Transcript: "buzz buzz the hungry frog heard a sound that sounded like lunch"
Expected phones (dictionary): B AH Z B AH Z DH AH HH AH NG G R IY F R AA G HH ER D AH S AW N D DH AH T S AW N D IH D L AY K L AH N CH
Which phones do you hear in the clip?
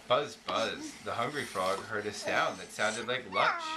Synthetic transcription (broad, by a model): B AH Z B AH Z DH AH HH AH NG G R IY F R AA G HH ER D AH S AW N DH AH T S AW N D IH D L AY K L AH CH